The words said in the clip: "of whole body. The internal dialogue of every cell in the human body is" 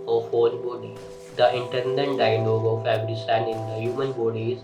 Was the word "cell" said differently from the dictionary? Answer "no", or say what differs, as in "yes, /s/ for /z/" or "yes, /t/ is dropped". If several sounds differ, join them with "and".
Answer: yes, /n/ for /l/